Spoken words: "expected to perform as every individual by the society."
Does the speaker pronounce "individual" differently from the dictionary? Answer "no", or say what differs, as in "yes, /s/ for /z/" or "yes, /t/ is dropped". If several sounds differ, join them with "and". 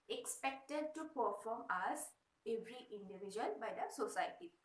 yes, /n/ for /l/